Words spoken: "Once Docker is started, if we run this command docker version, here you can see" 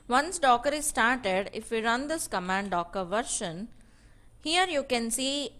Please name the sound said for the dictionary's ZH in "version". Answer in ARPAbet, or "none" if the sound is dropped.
SH